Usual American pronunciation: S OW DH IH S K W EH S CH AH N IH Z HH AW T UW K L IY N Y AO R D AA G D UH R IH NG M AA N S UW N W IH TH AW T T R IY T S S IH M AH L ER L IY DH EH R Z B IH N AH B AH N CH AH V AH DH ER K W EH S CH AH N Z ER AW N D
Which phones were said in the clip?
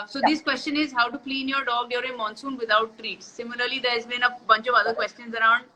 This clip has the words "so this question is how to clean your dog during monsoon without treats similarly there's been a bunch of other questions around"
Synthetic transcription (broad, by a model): S OW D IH S K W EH S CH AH N IH Z HH AW T UW K L IY N Y AO R D AA G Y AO R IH M AA N S UW N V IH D AW T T R IY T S S IH M AH L ER L IY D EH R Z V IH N AH B AH N CH AH V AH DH ER K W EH S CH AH N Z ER AW N D